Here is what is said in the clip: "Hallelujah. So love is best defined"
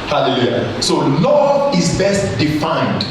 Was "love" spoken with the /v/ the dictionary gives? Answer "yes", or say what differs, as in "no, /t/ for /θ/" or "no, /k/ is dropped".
no, /v/ is dropped